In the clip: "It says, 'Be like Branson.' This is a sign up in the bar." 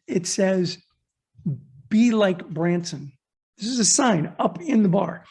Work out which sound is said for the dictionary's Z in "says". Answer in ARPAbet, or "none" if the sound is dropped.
Z